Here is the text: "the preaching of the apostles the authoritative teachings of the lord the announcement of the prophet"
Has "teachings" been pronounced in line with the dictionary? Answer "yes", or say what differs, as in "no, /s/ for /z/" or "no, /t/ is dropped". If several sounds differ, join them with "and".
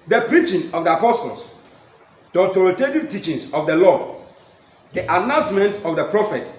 no, /s/ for /z/